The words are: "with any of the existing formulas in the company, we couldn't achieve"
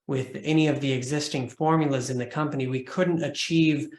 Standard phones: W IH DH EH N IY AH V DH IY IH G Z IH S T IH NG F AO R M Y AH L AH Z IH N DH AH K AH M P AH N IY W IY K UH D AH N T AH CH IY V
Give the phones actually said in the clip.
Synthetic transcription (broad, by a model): W IH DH EH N IY AH V DH IY IH G Z IH S T IH NG F AO R M Y L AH Z IH N DH AH K AH M P AH N IY W IY K UH D N T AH CH IY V